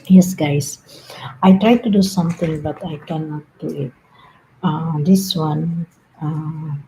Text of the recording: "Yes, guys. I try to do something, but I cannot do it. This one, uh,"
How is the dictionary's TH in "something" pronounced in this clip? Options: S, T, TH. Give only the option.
T